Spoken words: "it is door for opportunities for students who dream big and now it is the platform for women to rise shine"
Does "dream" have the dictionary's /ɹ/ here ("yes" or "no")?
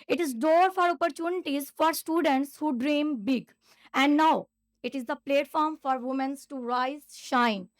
yes